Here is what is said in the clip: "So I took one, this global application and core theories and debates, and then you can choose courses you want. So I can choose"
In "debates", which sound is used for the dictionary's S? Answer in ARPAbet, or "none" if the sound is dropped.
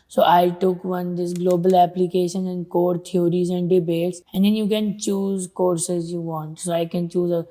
S